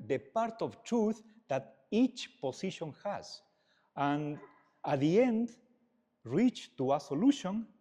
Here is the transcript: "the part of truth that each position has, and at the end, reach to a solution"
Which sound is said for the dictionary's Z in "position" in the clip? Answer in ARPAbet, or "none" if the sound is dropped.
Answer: S